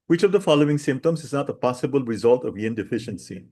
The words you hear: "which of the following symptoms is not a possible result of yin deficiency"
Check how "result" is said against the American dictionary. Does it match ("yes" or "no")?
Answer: yes